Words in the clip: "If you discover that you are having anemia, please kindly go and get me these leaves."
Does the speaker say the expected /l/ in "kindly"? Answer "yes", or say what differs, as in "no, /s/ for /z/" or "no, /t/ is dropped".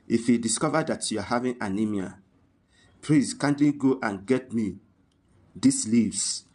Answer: no, /l/ is dropped